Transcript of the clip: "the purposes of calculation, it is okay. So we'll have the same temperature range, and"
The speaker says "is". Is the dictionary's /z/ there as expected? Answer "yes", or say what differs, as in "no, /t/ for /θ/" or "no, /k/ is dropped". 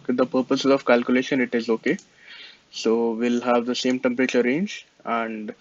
yes